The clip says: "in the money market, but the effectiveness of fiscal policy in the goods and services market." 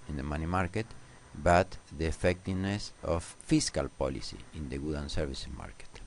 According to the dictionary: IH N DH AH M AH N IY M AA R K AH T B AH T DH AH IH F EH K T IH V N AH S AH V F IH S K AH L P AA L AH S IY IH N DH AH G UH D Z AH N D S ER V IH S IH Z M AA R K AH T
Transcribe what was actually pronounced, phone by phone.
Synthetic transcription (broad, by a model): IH N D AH M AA N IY M AA R K AH T B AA T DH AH F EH K T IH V N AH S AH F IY S K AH L P AA L AH S IY IH N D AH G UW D AH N S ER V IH S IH M AA R K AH T